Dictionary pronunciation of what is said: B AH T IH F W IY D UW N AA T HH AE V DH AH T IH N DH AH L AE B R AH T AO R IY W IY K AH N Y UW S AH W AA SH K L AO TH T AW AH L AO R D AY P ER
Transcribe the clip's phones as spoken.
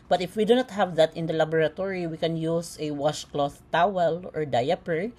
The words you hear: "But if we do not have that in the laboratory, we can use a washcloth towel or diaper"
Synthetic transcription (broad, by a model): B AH T IH F W IY D UW N AA T HH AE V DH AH T IH N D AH L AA B R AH T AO R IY W IY K AH N Y UW S AH W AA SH K L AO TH T AW AH L AO R D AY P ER